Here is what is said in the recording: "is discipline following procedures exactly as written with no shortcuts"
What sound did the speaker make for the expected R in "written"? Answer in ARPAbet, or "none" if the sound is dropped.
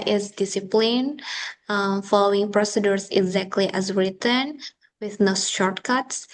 R